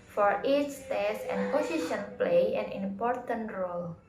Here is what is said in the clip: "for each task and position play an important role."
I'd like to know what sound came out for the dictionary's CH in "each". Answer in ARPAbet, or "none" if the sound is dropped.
S